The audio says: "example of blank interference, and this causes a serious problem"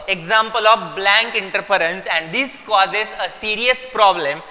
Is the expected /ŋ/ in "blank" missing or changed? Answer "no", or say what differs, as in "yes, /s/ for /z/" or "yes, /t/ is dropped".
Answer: no